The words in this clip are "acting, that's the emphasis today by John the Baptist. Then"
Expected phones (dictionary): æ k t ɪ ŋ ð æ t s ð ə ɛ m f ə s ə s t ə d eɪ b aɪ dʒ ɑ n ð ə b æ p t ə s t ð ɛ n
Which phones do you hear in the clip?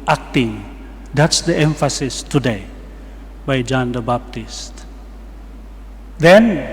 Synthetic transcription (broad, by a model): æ k t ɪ ŋ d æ t s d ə ɛ m f ə s ə s t ə d eɪ b aɪ dʒ ɑ n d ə b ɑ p t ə s t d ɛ n